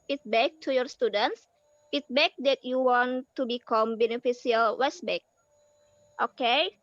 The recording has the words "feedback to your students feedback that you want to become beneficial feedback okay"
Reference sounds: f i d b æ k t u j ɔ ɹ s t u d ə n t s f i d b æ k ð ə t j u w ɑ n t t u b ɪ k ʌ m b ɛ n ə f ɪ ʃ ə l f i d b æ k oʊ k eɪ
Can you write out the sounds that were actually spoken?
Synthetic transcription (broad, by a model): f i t b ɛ k t u j ɔ ɹ s t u d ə n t s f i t b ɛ k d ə t j u w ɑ n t t u b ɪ k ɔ m b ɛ n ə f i s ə l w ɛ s b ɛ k oʊ k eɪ